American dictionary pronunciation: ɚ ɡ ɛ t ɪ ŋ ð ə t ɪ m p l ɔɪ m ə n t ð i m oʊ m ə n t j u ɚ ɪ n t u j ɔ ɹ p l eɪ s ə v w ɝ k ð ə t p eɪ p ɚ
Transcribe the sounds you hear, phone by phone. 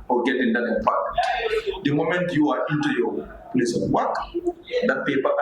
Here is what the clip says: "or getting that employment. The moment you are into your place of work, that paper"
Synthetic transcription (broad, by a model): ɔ ɡ ɛ t ɪ ŋ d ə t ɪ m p ɔɪ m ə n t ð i m oʊ m ə n t j u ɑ ɪ n t u j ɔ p l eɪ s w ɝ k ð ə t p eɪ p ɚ